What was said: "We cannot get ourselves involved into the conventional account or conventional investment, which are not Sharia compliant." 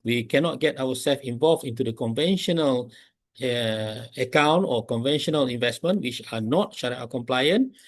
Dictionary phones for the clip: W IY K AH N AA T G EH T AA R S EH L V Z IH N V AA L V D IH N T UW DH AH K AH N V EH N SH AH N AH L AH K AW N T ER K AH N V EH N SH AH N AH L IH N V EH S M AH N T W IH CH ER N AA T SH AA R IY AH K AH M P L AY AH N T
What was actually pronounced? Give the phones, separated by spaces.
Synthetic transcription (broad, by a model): W IY K AH N AA T G EH T AA W S EH L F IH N V AA L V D IH N T UW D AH K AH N V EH N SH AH N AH L AH K AW N T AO K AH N V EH N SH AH N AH L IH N V EH S M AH N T W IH CH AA N AA T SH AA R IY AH K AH M P L AY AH N